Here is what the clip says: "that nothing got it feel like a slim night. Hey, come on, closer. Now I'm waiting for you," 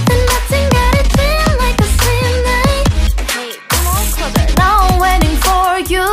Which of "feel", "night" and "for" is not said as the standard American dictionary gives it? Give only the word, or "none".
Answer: feel